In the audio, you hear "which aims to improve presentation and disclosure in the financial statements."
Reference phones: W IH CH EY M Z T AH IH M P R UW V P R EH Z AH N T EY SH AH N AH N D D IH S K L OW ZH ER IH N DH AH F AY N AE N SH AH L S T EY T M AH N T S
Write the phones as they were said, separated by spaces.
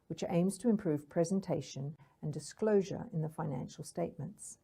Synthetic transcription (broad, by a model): W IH CH EY M Z T AH IH M P R UW V P R EH Z AH N T EY SH AH N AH N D D IH S K L OW ZH ER IH N DH AH F AY N AE N SH AH L S T EY T M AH N T S